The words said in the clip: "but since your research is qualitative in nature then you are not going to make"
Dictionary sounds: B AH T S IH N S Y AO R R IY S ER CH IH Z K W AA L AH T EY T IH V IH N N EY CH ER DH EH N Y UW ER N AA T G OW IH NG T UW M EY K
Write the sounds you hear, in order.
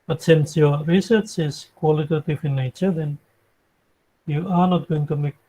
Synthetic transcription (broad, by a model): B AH T S IH N S Y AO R R IY S ER CH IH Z K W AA L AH T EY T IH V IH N N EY CH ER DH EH N Y UW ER N AA T G OW IH NG T UW M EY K